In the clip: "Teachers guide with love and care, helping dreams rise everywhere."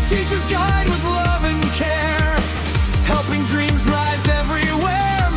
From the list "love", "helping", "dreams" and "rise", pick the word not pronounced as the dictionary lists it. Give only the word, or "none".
none